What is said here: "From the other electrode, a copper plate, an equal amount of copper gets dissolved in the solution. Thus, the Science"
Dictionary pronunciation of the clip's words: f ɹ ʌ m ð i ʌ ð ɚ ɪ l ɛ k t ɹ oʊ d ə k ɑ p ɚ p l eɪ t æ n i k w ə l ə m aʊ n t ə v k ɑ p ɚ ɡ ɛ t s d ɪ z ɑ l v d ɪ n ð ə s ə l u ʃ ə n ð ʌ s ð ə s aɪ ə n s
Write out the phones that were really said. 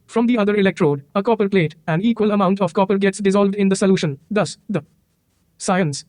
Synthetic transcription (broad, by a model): f ɹ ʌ m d i ʌ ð ɚ ɪ l ɛ k t ɹ oʊ d ə k ɑ p ɚ p l eɪ t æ n i k w ə l ə m aʊ n t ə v k ɑ p ɚ ɡ ɛ t s d ɪ z ɑ l v d ɪ n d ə s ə l u ʃ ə n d ʌ s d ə s aɪ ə n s